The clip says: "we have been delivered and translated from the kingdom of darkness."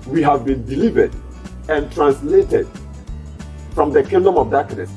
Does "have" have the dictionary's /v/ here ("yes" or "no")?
yes